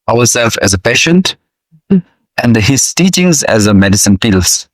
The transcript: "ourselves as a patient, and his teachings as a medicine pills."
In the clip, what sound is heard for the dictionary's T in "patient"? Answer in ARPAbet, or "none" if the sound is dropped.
T